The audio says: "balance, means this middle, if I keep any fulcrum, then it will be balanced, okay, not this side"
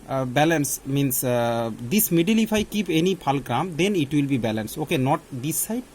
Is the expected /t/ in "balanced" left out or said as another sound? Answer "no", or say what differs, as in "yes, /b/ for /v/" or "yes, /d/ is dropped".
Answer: yes, /t/ is dropped